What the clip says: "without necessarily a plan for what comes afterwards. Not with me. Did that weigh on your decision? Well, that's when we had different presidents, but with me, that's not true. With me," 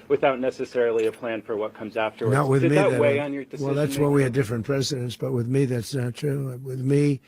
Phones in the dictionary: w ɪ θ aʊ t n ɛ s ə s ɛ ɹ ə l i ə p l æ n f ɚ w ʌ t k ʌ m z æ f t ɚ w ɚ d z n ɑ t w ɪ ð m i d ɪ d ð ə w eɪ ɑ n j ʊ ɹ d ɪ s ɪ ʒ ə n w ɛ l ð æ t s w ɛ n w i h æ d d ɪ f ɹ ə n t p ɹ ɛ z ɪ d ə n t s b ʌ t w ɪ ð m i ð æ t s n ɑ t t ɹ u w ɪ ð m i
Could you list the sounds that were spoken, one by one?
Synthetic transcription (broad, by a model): w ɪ θ aʊ t n ɛ s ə s ɛ ɹ l i ə p l æ n f ɚ w ʌ t k ʌ m z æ f t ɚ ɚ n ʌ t w ɪ ð m i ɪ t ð w eɪ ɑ n j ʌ ɹ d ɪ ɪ w ɛ l ð æ t s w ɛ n w i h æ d d ɪ f ɹ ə n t p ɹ ɛ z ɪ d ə n t s b ʌ t w ɪ ð m i ð æ t s n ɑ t t ɹ u w ɪ ð m i